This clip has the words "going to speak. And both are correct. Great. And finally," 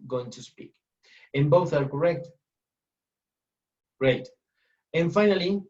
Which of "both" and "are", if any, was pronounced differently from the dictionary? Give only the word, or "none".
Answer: none